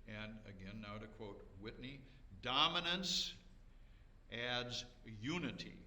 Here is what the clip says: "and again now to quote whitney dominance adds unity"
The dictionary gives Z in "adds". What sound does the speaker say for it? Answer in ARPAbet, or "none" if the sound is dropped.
Z